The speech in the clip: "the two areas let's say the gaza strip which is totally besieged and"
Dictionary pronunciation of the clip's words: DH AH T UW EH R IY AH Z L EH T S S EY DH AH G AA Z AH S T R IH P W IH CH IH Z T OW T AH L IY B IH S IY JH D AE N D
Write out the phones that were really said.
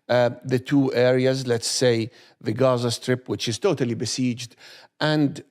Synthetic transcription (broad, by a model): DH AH T UW EH R IY AH Z L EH T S S EY DH AH G AA Z AH S T R IH P W IH CH IH Z T OW T AH L IY B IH S IY JH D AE N D